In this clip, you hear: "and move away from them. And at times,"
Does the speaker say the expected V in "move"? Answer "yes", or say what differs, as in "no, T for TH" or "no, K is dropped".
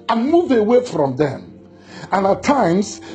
yes